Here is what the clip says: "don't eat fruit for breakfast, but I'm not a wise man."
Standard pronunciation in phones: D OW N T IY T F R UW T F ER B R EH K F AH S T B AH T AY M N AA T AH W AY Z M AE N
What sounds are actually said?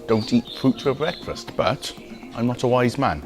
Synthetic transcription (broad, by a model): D OW N T IY T F R UW T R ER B R EH K F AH S T B AH T AY M N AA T AH W AY Z M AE N